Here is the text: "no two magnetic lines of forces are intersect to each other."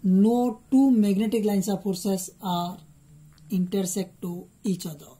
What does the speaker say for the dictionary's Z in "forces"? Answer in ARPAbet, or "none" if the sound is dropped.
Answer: S